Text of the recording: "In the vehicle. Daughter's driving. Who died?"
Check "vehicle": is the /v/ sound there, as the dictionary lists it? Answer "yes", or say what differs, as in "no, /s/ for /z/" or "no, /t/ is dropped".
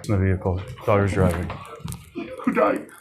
yes